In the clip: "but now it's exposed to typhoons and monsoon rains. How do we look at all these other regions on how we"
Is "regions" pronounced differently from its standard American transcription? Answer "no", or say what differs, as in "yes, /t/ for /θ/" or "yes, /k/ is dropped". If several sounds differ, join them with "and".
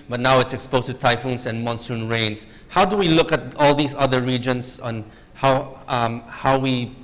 yes, /s/ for /z/